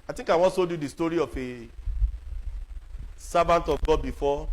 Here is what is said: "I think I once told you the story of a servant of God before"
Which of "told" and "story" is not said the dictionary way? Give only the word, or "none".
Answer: told